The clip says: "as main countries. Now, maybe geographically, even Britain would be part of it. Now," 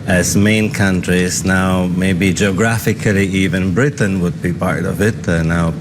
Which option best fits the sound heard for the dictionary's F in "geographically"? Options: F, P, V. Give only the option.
F